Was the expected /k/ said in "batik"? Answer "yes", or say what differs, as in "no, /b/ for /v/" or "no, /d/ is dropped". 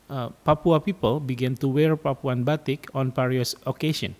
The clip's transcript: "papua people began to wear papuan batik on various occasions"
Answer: yes